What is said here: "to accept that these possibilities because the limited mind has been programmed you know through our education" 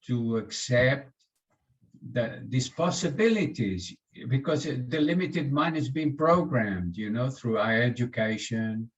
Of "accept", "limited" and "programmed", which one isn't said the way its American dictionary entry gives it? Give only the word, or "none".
none